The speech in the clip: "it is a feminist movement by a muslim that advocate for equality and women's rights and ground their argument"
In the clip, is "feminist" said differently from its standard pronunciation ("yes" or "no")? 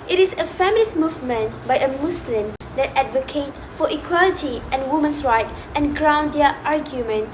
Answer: yes